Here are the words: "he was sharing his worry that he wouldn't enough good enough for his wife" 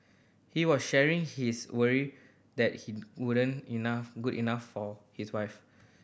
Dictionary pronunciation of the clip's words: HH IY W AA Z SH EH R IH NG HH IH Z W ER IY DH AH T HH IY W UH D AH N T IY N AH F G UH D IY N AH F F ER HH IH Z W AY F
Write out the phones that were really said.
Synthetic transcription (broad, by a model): HH IY W AA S SH EH R IH NG HH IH S W ER IY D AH T HH IY W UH D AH N IY N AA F G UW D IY N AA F F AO HH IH S W AY F